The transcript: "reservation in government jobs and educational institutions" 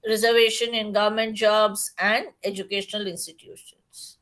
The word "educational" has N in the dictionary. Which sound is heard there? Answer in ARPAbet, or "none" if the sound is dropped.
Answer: N